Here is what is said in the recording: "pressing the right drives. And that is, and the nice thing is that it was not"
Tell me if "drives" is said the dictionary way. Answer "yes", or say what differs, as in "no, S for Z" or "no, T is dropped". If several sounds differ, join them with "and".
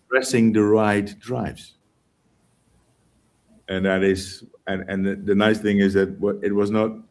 yes